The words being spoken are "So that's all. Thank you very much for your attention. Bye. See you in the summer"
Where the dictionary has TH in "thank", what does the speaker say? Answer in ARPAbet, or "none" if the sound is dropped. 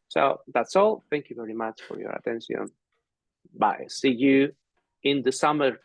TH